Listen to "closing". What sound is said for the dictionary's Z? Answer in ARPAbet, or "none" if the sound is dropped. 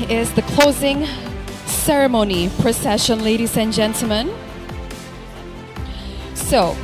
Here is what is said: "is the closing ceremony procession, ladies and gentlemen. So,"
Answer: Z